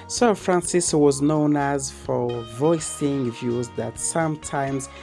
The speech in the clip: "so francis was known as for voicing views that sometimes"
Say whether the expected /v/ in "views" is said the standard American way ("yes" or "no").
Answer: yes